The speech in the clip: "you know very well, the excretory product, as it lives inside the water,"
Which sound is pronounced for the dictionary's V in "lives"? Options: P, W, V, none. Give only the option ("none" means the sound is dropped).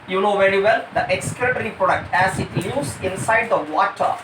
none